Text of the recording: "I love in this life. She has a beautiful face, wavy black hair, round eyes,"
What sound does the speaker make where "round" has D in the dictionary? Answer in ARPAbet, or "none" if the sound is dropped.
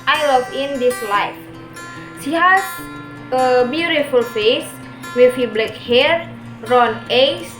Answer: none